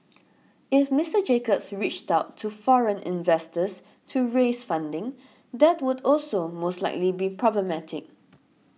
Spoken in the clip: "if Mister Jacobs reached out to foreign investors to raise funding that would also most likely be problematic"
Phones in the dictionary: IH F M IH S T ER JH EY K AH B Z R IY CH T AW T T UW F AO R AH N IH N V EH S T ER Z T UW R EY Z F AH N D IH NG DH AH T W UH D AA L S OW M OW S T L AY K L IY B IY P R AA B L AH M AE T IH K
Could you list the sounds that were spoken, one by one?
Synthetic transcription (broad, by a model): IH F M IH S T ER JH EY K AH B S R IY CH T AW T T UW F AO R AH N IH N V EH S T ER S T UW R EY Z F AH N D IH NG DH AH T W UH D AA L S OW M OW S T L AY K L IY B IY P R AA B L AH M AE T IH K